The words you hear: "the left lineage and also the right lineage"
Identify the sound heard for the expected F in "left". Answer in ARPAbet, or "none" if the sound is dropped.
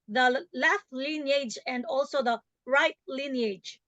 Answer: F